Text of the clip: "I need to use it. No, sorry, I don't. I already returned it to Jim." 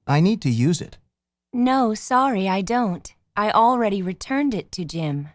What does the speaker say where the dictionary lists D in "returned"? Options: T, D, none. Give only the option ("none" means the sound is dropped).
D